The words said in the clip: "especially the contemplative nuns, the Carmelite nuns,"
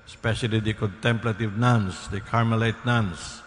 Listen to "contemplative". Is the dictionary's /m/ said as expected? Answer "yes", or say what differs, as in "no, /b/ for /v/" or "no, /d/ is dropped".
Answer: yes